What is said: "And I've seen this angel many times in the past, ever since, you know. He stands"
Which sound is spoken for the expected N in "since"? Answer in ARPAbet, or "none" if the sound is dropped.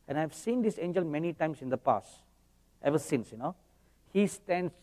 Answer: N